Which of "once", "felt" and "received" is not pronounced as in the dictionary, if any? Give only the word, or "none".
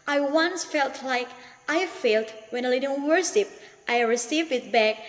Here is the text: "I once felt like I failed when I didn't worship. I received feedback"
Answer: none